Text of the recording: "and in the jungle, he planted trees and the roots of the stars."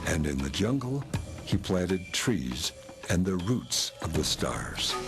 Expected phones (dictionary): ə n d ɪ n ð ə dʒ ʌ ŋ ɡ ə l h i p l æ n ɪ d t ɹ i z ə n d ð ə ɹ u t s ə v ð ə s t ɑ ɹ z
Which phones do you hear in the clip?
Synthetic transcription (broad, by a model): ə n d ɪ n ð ə dʒ ʌ ŋ ɡ l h i p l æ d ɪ d t ɹ i z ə n ð ə ɹ u t s ə v ð ə s t ɑ ɹ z